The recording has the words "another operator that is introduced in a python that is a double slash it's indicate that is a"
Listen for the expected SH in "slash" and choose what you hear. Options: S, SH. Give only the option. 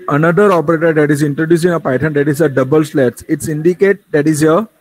S